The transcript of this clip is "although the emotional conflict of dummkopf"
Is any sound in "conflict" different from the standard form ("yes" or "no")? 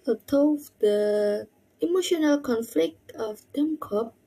no